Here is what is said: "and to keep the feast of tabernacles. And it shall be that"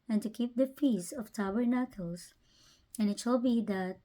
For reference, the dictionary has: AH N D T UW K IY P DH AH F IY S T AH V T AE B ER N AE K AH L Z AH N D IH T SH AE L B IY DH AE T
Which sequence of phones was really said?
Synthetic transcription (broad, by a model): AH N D T UW K IY P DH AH F IY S AH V T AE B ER N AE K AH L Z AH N IH T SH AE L B IY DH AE T